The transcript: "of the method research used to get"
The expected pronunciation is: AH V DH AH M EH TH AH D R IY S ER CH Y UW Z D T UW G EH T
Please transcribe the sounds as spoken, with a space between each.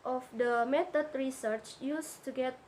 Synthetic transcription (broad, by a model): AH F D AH M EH T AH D R IY S ER CH Y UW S T UW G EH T